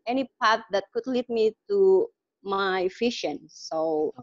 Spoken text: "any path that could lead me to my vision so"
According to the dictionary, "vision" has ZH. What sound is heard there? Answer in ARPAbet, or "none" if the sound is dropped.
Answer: SH